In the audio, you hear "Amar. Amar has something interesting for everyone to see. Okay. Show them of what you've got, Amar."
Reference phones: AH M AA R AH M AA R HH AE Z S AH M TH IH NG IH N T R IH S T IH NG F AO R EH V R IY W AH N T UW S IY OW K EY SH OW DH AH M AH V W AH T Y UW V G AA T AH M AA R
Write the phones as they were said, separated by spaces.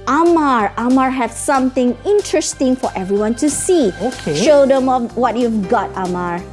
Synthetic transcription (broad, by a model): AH M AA R AH M AA R HH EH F S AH M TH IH NG IH N T R IH S T IH NG F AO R EH V R IY W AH N T UW S IY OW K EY SH OW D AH M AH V W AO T Y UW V G AA T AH M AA R